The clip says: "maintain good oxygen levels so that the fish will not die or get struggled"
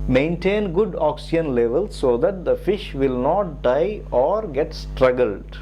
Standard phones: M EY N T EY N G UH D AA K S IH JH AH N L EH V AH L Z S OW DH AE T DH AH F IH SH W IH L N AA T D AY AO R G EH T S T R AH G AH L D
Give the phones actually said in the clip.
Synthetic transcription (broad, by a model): M EY N T EY N G UH D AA K S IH AH N L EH V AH L S OW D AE T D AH F IH SH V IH L N AA T D AY AO R G EH T S T R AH G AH L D